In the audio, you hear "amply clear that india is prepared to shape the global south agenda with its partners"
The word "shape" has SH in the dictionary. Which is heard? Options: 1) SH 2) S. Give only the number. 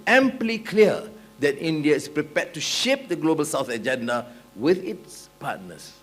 1